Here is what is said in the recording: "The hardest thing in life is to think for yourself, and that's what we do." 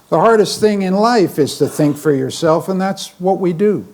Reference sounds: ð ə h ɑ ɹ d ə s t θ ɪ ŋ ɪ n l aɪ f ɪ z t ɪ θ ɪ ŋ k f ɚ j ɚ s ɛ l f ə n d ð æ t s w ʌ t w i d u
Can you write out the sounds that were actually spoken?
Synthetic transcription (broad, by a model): ð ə h ɑ ɹ d ə s t θ ɪ ŋ ɪ n l aɪ f ɪ z t ɪ θ ɪ ŋ k f ɚ j ɚ s ɛ l f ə n ð æ t s w ʌ t w i d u